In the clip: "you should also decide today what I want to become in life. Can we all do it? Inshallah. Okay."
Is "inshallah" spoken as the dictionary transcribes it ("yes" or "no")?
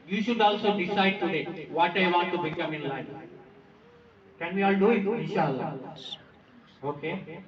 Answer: no